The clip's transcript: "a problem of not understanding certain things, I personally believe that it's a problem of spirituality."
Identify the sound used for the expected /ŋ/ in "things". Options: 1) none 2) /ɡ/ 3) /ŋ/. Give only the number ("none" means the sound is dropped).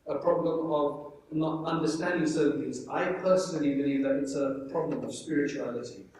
1